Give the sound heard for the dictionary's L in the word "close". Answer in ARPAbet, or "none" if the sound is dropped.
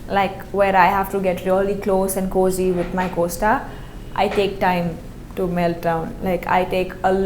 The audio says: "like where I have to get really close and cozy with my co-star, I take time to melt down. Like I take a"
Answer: L